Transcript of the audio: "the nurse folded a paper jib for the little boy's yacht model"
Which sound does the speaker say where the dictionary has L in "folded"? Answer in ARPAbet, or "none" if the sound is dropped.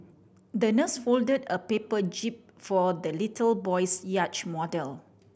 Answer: L